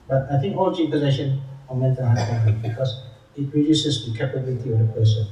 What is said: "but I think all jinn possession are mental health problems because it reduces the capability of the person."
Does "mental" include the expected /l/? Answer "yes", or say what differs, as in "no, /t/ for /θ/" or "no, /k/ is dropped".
no, /n/ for /l/